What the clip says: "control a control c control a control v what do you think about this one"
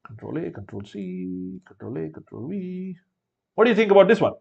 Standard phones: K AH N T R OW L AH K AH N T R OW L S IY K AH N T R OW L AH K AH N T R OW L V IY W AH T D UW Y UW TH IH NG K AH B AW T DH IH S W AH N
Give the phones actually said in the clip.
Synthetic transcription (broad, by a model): K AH N T R OW L AH K AH N T R OW L S IY K AH N T R OW L AH K AH N T R OW L W IY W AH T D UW Y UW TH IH NG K AH B AW T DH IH S W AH N